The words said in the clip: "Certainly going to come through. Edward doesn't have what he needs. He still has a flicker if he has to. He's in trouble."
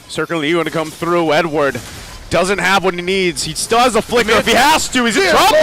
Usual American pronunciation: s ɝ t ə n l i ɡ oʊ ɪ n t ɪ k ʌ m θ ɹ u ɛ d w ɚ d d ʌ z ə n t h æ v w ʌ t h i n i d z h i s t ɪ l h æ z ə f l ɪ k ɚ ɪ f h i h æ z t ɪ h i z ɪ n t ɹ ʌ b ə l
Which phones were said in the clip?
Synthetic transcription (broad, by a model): s ɝ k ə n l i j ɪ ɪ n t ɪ k ʌ m θ ɹ u ɛ d w ɚ d d ʌ z ə n t h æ v w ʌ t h i n i d z h i s t ɪ l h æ z ə f l ɪ k ɚ ɪ f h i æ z t ɪ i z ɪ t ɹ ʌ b